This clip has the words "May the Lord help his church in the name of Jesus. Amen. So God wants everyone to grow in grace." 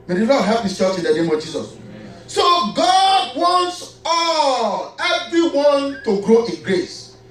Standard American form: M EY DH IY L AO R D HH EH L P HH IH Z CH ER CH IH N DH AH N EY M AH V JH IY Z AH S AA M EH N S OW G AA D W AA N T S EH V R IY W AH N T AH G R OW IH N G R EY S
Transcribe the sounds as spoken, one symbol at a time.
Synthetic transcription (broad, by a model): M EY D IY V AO HH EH P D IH S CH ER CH IH N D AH N EY M AH V JH IY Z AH S S OW G AA D W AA N T S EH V R IY W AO N T AH G R OW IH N G R EY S